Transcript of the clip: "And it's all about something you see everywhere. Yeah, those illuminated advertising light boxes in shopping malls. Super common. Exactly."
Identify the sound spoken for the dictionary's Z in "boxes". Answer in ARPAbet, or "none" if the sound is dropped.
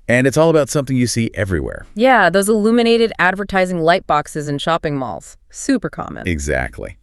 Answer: Z